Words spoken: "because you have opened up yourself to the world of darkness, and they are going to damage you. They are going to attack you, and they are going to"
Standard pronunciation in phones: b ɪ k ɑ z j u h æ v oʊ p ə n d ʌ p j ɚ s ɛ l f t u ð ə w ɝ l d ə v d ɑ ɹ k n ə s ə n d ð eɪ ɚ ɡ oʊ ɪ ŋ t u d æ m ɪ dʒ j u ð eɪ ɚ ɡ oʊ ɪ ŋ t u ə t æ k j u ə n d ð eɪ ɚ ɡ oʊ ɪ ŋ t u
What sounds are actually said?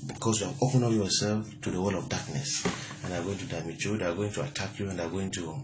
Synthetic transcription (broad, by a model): b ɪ k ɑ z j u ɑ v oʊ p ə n ʌ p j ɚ s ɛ l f t u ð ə w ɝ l ə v d ɑ k n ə s ə n d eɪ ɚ ɡ oʊ ɪ ŋ t u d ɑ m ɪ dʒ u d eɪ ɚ ɡ oʊ ɪ ŋ t u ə t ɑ k j u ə n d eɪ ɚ ɡ oʊ ɪ ŋ t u